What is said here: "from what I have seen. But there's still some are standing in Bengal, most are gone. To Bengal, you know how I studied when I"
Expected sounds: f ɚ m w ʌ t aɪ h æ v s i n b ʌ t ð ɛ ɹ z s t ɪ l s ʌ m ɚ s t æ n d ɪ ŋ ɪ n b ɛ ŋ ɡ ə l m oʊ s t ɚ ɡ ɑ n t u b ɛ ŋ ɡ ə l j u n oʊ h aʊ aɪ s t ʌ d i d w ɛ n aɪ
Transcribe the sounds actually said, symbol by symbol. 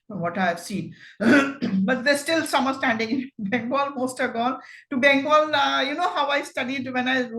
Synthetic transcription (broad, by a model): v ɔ t aɪ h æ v s i n b ʌ t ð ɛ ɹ s t ɪ l s ʌ m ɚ s t æ n d ɪ ŋ ɪ n b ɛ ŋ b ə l m oʊ s t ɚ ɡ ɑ l t u b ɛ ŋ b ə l j u n oʊ h aʊ aɪ s t ʌ d i d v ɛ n aɪ